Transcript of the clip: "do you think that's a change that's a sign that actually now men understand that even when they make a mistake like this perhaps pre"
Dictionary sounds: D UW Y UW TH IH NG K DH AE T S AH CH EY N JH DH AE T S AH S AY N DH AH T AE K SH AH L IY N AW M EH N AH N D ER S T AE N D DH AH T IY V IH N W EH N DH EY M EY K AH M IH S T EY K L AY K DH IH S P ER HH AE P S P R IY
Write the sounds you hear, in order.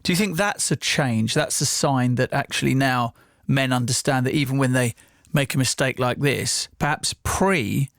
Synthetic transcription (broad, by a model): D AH Y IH TH IH NG K DH AE T S AH CH EY N JH DH AE T S AH S AY N DH AH T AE K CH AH L IY N AW M EH N AH N D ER S T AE N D DH AH T IY V IH N W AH N DH EY M EY K AH M IH S T EY K L AY K DH IH S P ER HH AE P S P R IY